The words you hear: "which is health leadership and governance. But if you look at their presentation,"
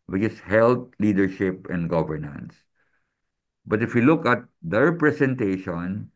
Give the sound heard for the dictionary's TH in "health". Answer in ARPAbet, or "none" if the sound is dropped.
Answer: T